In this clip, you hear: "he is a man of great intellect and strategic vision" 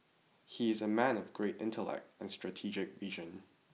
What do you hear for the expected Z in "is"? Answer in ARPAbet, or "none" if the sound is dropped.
Z